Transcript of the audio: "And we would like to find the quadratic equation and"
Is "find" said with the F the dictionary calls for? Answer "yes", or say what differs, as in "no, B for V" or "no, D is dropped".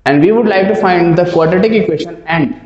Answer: yes